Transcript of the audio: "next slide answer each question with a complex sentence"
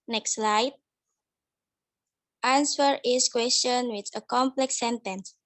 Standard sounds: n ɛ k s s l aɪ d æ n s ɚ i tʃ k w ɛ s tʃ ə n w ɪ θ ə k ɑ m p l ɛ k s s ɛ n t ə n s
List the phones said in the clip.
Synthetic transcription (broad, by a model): n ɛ k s s l aɪ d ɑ n s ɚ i s k w ɛ s tʃ ə n w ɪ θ ə k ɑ m p l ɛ k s s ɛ n t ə n s